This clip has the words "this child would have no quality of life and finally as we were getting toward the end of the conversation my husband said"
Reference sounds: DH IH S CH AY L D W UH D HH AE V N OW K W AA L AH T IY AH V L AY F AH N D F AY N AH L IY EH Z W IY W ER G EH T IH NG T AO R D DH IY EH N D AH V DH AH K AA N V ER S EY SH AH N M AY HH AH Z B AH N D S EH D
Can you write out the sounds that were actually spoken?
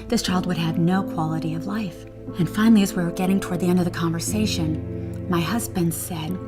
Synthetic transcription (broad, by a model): DH IH S CH AY L D W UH D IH V N OW K W AA L AH T IY AH V L AY F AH N F AY N L IY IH Z W IY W G EH T IH NG T AO R D DH IY EH N D AH V DH AH K AA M V ER S EY SH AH N M AY HH AH Z B AH N D S EH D